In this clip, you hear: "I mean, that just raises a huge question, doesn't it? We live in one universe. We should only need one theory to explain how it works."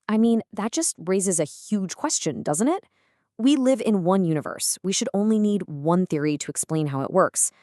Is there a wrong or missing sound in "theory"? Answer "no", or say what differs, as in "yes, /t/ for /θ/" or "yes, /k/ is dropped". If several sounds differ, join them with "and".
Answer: no